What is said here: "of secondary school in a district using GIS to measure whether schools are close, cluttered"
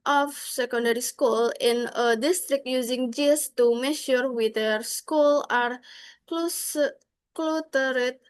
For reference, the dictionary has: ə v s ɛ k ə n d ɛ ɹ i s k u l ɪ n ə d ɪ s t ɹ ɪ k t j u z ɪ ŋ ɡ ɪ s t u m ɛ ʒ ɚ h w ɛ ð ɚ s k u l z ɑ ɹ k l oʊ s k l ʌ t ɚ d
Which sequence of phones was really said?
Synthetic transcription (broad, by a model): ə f s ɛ k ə n d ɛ ɹ i s k u l ɪ n ə d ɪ s t ɹ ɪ k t j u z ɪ ŋ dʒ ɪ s t u m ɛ ʃ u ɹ w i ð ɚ s k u l ɑ ɹ k l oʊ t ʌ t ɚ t